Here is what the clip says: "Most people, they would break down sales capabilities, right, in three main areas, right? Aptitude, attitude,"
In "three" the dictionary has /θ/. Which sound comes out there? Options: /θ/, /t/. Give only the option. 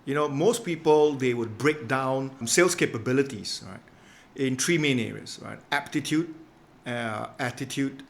/t/